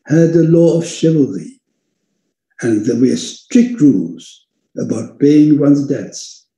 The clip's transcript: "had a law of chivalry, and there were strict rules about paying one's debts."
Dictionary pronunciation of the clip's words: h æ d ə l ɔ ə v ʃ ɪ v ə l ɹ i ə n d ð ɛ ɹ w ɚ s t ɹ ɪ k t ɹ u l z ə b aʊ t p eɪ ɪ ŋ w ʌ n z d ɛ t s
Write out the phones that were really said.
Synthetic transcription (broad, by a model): h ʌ d ə l ɔ ə v ʃ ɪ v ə l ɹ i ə n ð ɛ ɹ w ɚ s t ɹ ɪ k t ɹ u l z ə b aʊ t b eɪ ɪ ŋ w ʌ n z d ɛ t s